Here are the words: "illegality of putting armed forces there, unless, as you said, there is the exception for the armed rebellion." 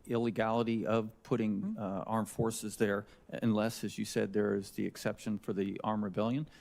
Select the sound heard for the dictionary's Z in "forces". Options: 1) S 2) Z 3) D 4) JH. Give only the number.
2